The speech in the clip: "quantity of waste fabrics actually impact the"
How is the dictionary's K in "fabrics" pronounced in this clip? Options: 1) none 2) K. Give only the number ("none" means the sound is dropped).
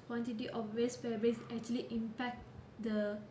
1